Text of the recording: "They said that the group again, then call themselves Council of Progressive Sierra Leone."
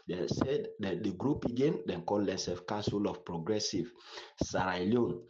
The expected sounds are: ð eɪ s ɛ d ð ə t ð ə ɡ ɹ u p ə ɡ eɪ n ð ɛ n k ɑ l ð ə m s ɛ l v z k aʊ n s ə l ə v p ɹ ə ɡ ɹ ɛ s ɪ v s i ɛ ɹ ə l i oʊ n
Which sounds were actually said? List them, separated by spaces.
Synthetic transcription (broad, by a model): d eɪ s ɛ d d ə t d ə ɡ ɹ u p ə ɡ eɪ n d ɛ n k ɑ l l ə s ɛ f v k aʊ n s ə l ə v p ɹ ə ɡ ɹ ɛ s ɪ v s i ɹ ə l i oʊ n